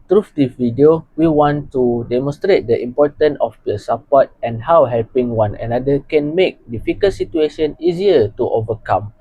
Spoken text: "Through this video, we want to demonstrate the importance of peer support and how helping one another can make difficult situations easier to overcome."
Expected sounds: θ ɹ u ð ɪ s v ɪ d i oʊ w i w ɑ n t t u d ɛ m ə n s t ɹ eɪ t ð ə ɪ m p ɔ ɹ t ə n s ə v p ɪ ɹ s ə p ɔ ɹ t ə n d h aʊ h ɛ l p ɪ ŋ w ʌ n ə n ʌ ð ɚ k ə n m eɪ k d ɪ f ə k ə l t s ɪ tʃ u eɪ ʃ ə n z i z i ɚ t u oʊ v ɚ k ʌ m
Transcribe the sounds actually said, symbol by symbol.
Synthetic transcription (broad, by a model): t ɹ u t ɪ v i d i oʊ w i w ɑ n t t u d ɛ m ə n s t ɹ eɪ t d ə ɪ m p ɔ t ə n ə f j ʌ s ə p ɔ t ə n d h aʊ h ɛ l p ɪ ŋ w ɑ n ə n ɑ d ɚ k ə n m eɪ k d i f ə k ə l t s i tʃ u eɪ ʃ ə n i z i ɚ t u oʊ v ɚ k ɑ m